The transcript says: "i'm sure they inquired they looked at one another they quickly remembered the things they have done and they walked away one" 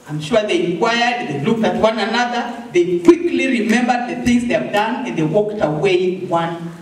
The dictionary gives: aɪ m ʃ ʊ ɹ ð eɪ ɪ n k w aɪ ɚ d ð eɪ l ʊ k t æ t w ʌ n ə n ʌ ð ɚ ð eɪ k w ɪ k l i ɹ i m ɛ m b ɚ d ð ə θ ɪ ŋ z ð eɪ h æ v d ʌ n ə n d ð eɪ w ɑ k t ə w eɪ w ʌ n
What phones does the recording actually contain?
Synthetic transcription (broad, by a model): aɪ m ʃ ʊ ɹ ð eɪ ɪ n k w aɪ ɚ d ð eɪ l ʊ k t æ t w ʌ n ə n ʌ ð ɚ ð eɪ k w ɪ k l i ɹ i m ɛ m b ɚ d ð ə θ ɪ ŋ z ð eɪ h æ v d ʌ n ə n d ð eɪ w ɑ k t ə w eɪ w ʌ n